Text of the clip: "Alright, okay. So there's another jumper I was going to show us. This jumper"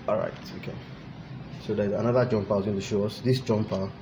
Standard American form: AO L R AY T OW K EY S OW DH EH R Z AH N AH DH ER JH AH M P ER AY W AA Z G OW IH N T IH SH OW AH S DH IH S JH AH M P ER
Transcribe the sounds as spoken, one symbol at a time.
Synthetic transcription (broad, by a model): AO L R AY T OW K EY S OW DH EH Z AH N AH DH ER JH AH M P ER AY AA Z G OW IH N T IH SH OW AH S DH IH S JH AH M P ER